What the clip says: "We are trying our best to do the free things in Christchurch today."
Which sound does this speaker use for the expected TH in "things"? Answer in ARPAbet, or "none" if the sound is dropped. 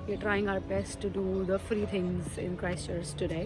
T